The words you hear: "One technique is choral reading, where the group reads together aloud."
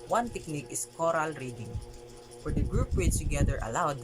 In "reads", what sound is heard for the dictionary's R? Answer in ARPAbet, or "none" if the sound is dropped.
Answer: W